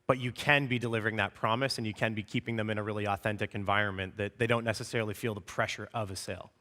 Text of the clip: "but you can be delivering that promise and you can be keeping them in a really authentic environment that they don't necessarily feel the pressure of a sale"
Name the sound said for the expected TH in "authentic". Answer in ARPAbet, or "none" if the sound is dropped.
TH